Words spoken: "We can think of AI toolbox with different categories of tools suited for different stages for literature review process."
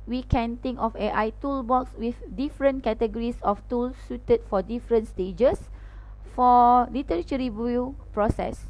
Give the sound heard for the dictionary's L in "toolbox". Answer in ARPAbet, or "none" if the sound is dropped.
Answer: L